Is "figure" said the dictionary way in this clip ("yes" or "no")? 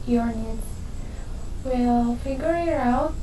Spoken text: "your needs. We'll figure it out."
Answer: yes